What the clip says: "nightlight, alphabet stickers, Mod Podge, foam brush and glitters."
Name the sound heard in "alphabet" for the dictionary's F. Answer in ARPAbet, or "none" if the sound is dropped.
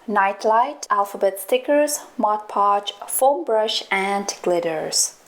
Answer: F